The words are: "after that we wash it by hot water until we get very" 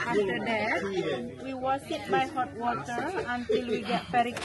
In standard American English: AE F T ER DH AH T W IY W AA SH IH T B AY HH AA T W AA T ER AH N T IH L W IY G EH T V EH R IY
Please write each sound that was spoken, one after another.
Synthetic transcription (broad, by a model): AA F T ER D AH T W IY W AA S IH T B AY HH AA T W AA T ER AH N T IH L W IY G EH T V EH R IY